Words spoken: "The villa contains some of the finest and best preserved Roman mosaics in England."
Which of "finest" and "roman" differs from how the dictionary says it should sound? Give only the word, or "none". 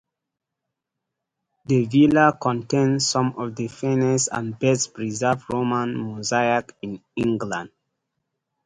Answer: finest